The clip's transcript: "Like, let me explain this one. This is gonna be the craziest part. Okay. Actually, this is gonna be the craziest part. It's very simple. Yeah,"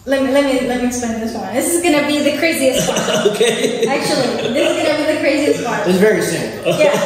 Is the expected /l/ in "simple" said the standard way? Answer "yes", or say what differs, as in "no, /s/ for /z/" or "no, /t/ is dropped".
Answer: no, /n/ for /l/